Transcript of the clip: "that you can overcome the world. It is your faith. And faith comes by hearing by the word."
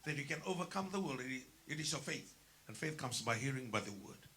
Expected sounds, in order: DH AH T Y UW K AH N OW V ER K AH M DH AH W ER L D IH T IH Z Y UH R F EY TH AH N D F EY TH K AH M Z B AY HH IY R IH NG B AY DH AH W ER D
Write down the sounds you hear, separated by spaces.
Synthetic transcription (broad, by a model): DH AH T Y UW K AH N OW V ER K AH M DH AH W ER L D IH T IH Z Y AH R F EY TH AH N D F EY TH K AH M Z B AY HH IY R IH NG B AY DH AH W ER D